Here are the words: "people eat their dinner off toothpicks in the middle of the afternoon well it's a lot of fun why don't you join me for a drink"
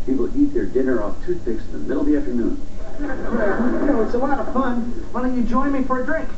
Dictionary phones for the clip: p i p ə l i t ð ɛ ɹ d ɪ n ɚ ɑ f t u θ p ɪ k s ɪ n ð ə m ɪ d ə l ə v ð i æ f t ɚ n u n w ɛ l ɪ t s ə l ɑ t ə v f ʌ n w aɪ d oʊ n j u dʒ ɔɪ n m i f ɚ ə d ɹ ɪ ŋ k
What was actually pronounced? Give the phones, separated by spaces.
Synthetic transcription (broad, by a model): p i p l i t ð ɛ ɹ d ɪ n ɚ ɑ f t u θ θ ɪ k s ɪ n ð ə m ɪ d l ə ð i æ f t ɚ n u n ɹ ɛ w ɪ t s ə w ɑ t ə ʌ f ʌ n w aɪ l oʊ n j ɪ dʒ ɔɪ n m i f ɚ ə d ɹ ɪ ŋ k